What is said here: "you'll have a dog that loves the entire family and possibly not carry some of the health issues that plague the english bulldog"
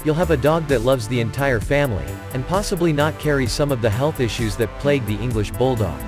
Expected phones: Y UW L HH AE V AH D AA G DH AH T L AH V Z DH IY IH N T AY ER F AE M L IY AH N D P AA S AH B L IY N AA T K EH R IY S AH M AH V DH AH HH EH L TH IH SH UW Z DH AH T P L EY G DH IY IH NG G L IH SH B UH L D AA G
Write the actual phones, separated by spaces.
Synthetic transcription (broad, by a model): Y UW L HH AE V AH D AA G DH AH T L AH V Z DH IY IH N T AY ER F AE M L IY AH N P AA S AH B L IY N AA T K EH R IY S AH M AH V DH AH HH EH L TH IH SH UW Z DH AH T P L EY G DH IY IH NG G L IH SH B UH L D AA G